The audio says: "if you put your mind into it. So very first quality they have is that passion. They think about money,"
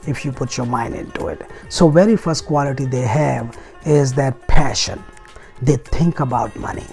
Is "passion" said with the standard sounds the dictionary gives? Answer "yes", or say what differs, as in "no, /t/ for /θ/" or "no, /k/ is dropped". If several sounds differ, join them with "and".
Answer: yes